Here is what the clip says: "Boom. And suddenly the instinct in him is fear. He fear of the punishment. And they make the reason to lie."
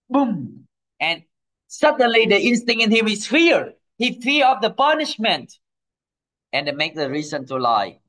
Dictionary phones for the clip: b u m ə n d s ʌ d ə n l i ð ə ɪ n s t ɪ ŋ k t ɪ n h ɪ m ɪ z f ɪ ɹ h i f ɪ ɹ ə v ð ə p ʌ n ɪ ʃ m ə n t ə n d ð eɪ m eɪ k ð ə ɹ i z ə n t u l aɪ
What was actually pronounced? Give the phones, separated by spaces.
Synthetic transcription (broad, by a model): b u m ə n s ʌ d ə n l i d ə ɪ n s t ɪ ŋ t ɪ n h ɪ m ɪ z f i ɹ h i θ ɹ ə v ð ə p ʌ n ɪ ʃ m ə n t ə n d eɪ m eɪ k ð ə ɹ i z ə n t u l aɪ